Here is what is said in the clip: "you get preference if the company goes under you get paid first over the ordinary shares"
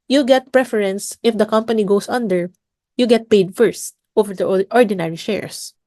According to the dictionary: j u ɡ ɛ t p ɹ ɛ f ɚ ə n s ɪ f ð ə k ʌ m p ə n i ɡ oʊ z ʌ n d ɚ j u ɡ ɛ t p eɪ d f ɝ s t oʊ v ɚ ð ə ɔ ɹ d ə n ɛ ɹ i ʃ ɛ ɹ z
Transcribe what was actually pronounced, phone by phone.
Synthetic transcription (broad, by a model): j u ɡ ɛ t p ɹ ɛ f ɚ ə n s ɪ f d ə k ʌ m p ə n i ɡ oʊ s ʌ n d ɚ j u ɡ ɛ t p eɪ d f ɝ s t oʊ v ɚ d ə ɔ ɹ d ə n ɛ ɹ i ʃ ɛ ɹ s